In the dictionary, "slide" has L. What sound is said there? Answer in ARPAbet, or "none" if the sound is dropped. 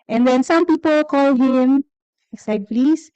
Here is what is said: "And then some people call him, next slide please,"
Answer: none